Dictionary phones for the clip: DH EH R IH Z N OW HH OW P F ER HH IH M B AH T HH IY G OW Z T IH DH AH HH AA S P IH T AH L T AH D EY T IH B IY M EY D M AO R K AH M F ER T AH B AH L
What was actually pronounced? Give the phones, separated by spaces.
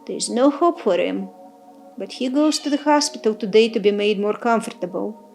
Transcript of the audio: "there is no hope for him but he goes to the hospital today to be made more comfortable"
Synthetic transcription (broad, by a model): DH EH R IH Z N OW HH OW P F ER HH IH M B AH T HH IY G OW Z T IH DH AH HH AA S P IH T L T AH D EY T IH B IY M EY D M AO R K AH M F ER T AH B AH L